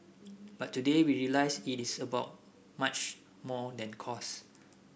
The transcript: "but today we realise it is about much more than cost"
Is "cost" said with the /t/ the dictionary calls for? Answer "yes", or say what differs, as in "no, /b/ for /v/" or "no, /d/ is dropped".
no, /t/ is dropped